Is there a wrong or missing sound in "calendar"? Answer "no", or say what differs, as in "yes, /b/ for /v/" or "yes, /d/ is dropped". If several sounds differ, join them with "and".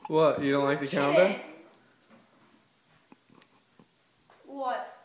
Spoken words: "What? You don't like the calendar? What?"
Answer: yes, /l/ is dropped